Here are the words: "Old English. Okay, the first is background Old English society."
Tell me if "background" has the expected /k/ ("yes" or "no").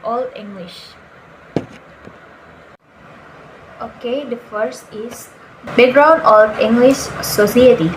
no